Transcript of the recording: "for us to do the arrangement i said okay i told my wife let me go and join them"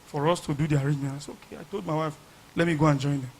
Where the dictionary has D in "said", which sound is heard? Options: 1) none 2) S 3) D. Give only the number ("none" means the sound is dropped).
1